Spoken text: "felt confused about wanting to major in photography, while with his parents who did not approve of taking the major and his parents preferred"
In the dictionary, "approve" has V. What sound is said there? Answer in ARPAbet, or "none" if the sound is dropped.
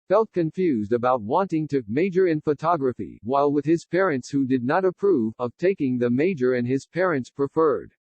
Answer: V